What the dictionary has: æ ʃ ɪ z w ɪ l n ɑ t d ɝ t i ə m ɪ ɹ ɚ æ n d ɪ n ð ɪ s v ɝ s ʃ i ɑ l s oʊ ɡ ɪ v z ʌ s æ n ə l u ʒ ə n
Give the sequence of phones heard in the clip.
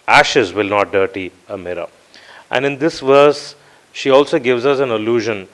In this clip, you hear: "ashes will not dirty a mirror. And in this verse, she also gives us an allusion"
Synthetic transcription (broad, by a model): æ ʃ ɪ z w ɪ l n ɑ t d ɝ t i ə m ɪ ɹ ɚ æ n d ɪ n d ɪ s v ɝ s ʃ i ɑ l s oʊ ɡ ɪ v z ʌ s æ n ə l u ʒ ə n